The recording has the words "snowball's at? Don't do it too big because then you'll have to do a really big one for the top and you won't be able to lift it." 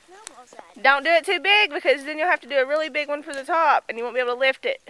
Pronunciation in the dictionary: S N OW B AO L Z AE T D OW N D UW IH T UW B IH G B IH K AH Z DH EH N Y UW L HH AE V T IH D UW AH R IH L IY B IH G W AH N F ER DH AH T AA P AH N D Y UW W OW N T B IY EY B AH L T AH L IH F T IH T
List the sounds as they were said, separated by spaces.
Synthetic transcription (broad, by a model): D OW N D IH IH T UW B IH G B IH K AH Z DH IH N Y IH L HH AE F T IH D AH R IH L IY B IH G W AH N F ER DH AH T AA P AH N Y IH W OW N B IY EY AH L T AH L IH F T IH T